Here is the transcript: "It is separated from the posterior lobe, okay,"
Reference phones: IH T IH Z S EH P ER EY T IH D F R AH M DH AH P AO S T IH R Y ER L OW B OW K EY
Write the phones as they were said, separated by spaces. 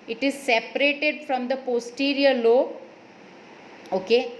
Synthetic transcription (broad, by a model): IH T IH Z S EH P ER EY T IH D F R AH M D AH P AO S T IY R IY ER L OW OW K EY